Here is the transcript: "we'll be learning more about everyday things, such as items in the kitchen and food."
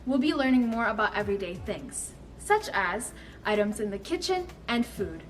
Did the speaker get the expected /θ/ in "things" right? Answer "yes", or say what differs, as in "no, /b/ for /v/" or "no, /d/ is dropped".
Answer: yes